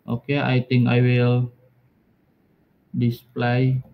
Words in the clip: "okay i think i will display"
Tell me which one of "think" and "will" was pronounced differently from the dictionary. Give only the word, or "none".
think